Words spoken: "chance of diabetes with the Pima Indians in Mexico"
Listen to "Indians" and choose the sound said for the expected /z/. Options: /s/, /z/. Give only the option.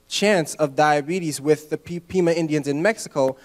/z/